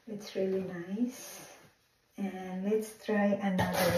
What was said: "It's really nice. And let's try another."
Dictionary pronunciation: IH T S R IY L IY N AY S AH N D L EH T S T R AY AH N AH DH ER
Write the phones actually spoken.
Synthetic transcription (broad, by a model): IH T S R IY L IY N AY S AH N L EH T S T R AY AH N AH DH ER